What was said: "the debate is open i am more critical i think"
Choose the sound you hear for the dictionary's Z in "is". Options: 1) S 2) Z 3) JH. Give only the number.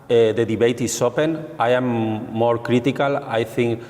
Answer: 1